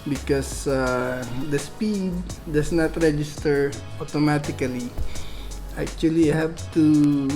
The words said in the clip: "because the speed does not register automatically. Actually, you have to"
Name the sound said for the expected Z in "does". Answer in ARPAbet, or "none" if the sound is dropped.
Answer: S